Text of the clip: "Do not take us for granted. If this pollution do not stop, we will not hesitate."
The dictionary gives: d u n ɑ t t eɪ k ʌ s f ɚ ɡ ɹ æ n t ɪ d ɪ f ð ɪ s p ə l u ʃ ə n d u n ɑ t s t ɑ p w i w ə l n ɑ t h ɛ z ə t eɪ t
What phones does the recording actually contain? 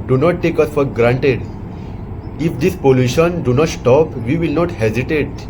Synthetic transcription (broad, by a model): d u n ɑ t t eɪ k ʌ s f ɚ ɡ ɹ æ n t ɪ d ɪ f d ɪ s p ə l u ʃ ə n d u n ɑ t s t ɑ p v i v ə l n ɑ t h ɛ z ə t eɪ t